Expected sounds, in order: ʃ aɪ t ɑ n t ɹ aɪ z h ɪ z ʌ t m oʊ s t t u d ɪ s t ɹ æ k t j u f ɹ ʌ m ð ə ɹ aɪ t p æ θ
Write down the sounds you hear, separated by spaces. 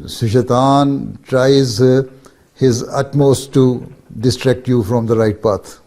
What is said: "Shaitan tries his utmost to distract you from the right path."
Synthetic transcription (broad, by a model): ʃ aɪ t ɑ n t ɹ aɪ z h ɪ z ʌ t m oʊ s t t u d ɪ s t ɹ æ k t j u f ɹ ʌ m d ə ɹ aɪ t p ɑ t